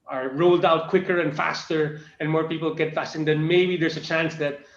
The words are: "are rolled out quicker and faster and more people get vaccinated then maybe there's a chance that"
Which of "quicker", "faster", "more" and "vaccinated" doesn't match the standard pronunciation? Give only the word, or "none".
vaccinated